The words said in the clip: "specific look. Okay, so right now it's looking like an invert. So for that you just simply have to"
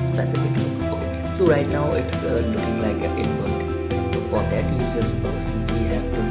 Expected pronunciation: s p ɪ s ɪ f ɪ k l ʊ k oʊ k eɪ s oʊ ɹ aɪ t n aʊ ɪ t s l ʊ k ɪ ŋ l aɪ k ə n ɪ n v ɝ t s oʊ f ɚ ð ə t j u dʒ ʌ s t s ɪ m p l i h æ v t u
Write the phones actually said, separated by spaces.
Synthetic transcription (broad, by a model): s p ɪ s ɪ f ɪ k l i oʊ k eɪ s oʊ ɹ aɪ t n aʊ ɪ t s l ʊ k ɪ ŋ l aɪ k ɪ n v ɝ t s oʊ f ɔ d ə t j u dʒ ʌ s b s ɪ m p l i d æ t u